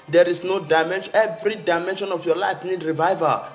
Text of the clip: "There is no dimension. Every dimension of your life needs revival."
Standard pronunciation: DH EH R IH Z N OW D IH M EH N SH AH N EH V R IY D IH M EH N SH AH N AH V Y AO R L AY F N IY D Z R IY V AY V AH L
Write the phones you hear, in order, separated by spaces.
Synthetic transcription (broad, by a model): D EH R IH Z N OW D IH M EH N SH EH V R IY D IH M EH N SH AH N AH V Y AO L AY F N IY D R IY V AY V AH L